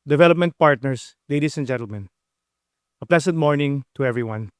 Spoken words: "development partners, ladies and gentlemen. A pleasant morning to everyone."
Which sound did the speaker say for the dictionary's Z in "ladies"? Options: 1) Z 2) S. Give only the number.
2